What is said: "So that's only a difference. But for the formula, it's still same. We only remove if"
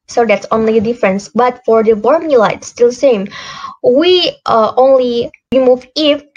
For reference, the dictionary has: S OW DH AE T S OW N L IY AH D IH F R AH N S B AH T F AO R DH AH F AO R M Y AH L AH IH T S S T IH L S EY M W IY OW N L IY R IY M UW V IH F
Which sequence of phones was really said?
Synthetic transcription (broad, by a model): S OW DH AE T S OW N L IY AH D IH F R AH N S B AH T F AO R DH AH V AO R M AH L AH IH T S S T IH L S EY M W IY OW N L IY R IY M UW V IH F